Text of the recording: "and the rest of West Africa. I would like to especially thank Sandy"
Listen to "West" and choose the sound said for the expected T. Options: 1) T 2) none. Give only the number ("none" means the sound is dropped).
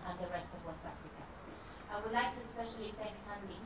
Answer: 2